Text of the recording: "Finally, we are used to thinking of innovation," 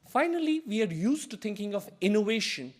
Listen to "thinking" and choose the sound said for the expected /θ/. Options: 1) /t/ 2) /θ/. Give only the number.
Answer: 1